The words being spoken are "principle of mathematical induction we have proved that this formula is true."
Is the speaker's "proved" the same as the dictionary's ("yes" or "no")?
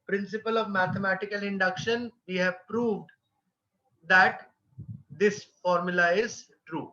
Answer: yes